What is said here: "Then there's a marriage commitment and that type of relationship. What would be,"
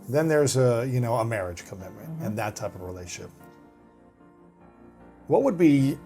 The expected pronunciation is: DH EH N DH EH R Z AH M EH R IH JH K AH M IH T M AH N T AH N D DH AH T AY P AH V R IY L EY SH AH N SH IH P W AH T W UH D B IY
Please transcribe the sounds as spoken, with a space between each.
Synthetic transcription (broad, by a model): DH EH N DH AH R Z AH M EH R IH JH K AH M IH T M AH N T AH N DH AH T AY P AH V R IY L EY AH SH IH P W AH T W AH D B IY